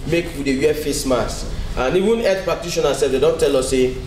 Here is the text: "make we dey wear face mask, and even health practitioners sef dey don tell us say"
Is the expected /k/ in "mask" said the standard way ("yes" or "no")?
no